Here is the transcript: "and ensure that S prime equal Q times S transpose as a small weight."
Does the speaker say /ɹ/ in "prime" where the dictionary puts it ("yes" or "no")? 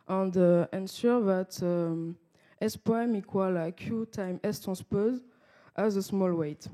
no